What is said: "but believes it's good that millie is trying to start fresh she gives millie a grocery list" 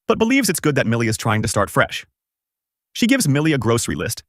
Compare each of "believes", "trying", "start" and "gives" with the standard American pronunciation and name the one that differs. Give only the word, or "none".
none